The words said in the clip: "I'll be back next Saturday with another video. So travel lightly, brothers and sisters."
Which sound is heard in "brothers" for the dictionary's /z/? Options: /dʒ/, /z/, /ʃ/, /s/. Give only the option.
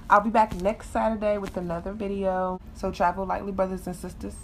/z/